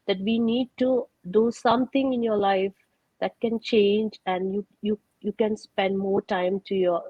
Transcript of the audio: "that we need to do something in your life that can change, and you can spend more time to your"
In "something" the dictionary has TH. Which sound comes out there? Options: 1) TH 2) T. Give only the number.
2